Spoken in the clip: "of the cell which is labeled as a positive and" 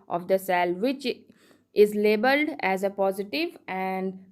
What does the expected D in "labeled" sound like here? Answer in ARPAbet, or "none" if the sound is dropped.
D